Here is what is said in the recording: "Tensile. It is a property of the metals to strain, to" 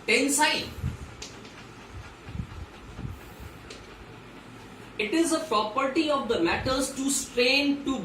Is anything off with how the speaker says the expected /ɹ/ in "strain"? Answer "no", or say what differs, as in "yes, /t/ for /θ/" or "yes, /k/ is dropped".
no